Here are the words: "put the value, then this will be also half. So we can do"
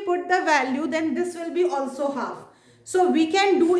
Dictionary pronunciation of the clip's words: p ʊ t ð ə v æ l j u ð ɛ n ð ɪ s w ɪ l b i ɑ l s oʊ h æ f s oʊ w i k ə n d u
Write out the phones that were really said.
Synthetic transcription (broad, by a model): p ʊ t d ə v æ l j u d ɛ n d ɪ s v ɪ l b i ɑ l s oʊ h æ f s oʊ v i k ə n d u